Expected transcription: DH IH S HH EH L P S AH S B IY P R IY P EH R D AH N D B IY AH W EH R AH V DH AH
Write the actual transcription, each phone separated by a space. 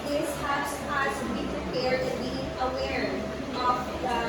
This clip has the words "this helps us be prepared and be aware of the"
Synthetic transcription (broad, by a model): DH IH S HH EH P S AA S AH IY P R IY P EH R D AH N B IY AH W EH R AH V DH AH